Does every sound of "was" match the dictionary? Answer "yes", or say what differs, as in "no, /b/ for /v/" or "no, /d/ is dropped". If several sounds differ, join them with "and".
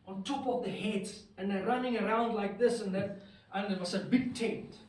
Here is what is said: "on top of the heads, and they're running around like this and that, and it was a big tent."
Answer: no, /s/ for /z/